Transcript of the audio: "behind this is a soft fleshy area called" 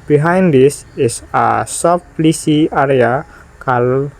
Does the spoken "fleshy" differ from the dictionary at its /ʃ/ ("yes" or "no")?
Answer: yes